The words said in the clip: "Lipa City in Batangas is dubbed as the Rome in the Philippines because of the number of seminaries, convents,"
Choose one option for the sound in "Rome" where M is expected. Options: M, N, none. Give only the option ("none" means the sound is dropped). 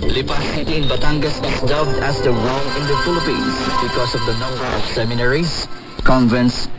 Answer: none